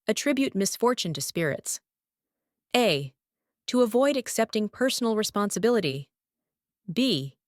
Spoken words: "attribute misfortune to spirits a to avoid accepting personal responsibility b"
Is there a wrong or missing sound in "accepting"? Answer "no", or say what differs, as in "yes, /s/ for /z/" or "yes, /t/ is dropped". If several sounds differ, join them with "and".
no